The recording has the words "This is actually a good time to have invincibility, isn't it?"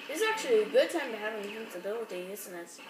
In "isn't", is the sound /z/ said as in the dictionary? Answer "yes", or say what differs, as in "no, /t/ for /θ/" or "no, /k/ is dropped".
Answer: no, /s/ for /z/